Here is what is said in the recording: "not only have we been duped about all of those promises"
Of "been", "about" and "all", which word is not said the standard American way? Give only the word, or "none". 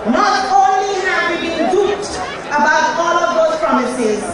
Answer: none